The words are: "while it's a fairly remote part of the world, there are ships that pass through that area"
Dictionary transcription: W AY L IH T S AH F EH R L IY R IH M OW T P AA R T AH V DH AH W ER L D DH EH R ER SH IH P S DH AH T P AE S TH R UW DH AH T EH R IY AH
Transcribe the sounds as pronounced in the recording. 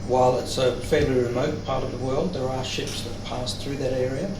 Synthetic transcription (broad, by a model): W AY L IH T S AH F EH R L IY R IH M OW T P AA R T AH V DH AH W ER L D DH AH R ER SH IH P S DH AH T P AE S TH R UW DH AH T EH R IY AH